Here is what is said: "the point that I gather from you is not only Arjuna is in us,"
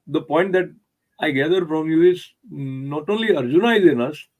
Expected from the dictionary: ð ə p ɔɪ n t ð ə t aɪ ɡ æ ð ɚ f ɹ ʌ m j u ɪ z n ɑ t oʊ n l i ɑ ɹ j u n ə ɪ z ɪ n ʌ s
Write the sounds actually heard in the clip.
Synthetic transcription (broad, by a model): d ə p ɔɪ n t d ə t aɪ ɡ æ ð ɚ f ɹ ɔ m j u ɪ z n ɑ t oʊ l i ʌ ɹ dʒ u n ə ɪ z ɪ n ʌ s